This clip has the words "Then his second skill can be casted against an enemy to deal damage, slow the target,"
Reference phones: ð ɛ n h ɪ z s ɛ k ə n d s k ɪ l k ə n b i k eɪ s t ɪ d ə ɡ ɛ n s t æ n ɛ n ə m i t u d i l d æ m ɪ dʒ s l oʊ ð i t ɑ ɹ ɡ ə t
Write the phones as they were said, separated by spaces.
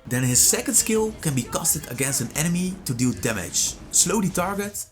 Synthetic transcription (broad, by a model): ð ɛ n h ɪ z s ɛ k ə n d s k ɪ l k ə n b i k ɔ s t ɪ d ə ɡ ɛ n s t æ n ɛ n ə m i t u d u d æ m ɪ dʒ s l oʊ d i t ɑ ɹ ɡ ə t